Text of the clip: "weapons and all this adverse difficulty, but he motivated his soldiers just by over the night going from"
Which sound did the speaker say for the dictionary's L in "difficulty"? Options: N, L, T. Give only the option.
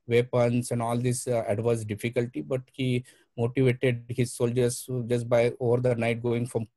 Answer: L